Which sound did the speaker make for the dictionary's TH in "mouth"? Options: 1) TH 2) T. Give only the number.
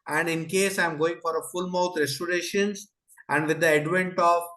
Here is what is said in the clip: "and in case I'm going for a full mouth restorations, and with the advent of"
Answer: 2